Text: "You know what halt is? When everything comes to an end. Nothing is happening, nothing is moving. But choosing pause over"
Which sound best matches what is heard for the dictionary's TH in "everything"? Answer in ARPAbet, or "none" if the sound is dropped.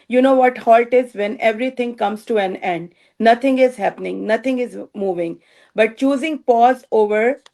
T